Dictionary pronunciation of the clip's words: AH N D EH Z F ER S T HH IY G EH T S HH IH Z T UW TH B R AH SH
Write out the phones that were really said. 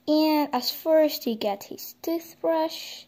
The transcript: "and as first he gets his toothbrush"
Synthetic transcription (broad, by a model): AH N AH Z F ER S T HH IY G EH T HH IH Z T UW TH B R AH SH